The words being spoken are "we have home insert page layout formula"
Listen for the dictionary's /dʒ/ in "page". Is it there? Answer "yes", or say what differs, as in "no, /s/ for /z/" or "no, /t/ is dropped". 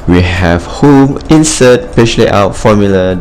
no, /ʃ/ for /dʒ/